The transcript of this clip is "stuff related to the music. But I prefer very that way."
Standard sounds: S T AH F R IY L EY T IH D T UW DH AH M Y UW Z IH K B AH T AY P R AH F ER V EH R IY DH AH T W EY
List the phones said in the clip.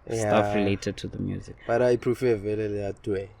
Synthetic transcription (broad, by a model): S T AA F R IY L EY T IH D T UW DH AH M Y UW Z IH K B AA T AY P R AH F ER V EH L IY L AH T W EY